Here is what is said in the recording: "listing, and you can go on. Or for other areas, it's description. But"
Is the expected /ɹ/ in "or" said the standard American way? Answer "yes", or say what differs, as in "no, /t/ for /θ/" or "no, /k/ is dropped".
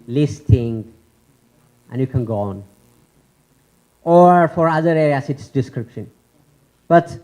yes